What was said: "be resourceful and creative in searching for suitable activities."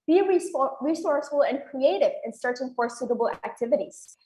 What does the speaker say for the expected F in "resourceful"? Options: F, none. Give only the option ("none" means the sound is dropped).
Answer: none